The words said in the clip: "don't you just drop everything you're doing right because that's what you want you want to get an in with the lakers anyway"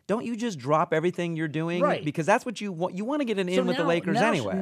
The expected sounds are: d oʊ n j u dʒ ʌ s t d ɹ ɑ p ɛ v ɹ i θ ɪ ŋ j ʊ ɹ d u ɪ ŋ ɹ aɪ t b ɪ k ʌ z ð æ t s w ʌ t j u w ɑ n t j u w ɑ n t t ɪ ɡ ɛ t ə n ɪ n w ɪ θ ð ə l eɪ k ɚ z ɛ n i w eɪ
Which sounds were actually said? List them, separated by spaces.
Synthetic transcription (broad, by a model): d oʊ n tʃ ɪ dʒ ʌ s d ɹ ɑ p ɛ v ɹ i θ ɪ ŋ j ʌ ɹ d u ɪ ŋ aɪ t b ɪ k ʌ z ð æ t s w ʌ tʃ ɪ w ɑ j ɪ w ɑ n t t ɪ ɡ ɛ t ə n ɪ n w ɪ ð ə l eɪ k ɚ z ɛ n i w eɪ